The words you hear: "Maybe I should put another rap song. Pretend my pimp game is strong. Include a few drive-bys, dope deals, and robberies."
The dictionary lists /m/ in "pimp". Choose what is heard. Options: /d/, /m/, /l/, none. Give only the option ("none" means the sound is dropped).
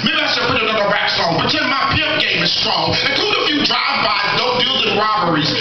none